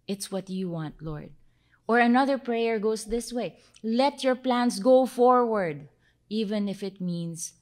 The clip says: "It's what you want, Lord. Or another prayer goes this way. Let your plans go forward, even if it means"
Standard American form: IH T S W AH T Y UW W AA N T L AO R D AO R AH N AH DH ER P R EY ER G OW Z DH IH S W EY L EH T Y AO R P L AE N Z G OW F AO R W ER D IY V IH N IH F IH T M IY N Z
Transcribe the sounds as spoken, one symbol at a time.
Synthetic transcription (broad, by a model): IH T S W AH T Y UW W AA N T L AO R D AO R AH N AH DH ER P R EY ER G OW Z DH IH S W EY L EH T Y AO R P L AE N S G OW F AO R W ER D IY V IH N IH F IH T M IY N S